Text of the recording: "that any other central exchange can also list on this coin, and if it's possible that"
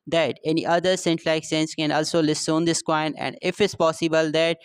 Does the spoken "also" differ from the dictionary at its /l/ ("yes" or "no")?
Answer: no